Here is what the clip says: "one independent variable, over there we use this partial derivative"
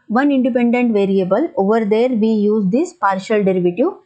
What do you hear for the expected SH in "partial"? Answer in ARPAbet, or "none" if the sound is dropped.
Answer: SH